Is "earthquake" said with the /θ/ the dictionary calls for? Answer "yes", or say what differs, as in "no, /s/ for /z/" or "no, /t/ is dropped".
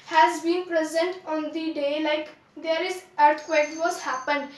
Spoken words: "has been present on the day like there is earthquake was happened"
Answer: no, /t/ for /θ/